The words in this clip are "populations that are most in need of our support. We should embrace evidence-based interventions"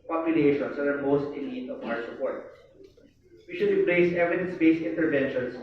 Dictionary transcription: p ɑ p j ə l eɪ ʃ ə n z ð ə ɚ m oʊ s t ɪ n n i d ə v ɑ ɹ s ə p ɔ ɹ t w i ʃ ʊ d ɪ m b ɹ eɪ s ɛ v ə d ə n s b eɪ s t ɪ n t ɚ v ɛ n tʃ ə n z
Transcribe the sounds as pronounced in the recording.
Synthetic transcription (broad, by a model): p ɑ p j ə l eɪ ʃ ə n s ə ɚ m oʊ s t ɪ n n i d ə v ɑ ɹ s ə p ɔ ɹ t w i ʃ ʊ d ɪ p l eɪ s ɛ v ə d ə n s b eɪ s ɪ n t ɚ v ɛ n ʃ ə n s